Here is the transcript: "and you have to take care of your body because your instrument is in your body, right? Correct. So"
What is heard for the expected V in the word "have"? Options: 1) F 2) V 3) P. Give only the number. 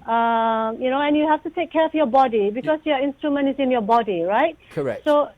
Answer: 1